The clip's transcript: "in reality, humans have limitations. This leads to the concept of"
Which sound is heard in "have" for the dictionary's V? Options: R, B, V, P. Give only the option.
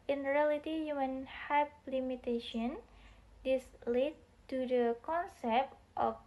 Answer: P